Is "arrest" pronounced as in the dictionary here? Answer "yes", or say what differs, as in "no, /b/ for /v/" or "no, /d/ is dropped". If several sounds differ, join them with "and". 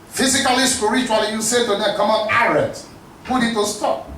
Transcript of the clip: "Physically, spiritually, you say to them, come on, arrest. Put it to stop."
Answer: no, /s/ is dropped